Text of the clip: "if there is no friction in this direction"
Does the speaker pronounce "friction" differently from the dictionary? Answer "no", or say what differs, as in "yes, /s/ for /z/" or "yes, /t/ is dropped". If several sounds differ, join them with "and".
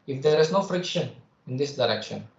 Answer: no